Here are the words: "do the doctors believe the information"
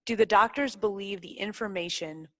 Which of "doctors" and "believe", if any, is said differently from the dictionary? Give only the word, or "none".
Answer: none